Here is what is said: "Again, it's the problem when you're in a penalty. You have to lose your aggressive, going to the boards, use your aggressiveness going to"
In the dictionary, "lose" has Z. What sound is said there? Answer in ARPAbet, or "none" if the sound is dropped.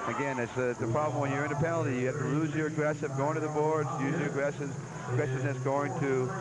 Z